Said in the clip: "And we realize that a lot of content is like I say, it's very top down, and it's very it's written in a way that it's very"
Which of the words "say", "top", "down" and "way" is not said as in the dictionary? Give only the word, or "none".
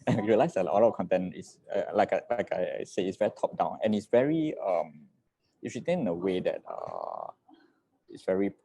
none